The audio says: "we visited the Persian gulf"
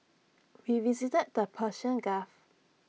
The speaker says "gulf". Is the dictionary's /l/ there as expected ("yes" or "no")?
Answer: no